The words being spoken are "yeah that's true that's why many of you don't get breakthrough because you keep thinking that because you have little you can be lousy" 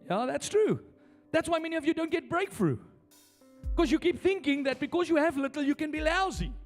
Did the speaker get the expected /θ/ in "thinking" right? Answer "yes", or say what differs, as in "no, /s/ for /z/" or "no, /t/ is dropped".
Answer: yes